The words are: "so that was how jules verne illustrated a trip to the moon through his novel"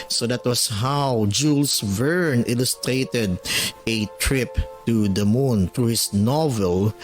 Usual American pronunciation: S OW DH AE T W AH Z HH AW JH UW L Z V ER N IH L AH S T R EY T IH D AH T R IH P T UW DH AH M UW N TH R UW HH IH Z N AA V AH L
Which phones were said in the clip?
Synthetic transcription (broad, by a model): S OW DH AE T W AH S HH AW JH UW L S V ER N IH L AH S T R EY T IH D AH T R IH P T UW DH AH M UW N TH R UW HH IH S N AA V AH L